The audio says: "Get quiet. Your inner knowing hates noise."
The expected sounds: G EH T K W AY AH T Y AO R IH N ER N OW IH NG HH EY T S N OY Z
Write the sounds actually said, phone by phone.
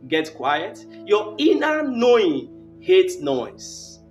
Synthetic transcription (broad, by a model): G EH T K W AY AH T Y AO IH N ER N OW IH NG HH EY T N OY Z